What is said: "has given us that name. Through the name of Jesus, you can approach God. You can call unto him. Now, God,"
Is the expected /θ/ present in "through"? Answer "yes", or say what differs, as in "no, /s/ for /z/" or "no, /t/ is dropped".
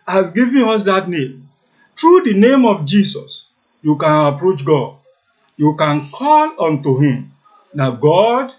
no, /t/ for /θ/